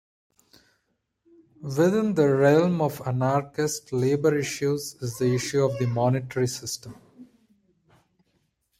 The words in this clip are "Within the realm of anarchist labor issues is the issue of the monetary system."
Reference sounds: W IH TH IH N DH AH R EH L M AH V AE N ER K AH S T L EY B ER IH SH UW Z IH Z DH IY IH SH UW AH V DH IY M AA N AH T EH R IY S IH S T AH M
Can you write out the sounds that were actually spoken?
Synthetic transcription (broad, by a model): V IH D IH N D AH R EH L M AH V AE N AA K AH S T L EY B ER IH SH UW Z IH Z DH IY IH SH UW AH V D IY M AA N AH T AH R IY S IH S T AH M